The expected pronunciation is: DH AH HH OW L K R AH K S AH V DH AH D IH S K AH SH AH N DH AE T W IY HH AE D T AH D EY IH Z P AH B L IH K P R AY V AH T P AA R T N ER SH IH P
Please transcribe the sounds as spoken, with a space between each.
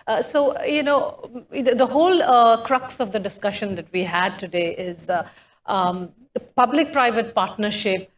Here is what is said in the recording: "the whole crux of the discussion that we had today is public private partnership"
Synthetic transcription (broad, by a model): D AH HH OW L K R AH K S AH V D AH D IH S K AH SH AH N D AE T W IY HH AE D T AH D EY IH Z P AH B L IH K P R AY V AH T P AA R T N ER SH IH P